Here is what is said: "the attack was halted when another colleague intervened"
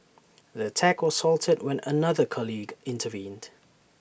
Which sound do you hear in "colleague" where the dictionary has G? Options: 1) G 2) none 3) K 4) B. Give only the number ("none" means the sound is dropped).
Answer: 1